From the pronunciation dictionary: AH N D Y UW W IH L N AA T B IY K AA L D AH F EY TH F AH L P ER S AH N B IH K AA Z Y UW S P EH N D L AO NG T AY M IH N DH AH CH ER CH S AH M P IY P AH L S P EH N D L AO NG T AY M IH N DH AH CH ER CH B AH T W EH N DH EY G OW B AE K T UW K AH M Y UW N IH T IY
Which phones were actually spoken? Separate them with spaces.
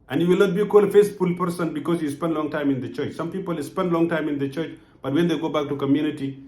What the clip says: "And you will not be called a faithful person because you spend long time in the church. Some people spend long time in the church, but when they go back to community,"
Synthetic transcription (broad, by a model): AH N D Y UW W IH L N AA T B IY K AA L D F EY S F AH L P ER S AH N B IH K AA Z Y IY S P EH N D L AO NG T AY M IH N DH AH CH ER CH S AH M P IY P AH L S P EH N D L AO NG T AY M IH N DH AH CH ER CH B AH T W EH N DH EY G OW B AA K T UW K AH M Y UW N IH T IY